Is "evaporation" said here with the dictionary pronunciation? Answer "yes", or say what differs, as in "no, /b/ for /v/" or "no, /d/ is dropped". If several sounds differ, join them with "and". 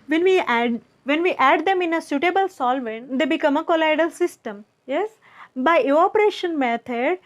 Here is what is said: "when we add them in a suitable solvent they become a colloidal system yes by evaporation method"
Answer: no, /v/ is dropped